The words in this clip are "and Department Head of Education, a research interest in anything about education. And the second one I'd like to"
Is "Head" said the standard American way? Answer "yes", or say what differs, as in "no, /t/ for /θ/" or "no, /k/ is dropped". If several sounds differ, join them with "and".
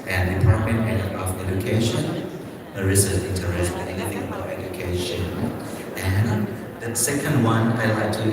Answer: no, /d/ is dropped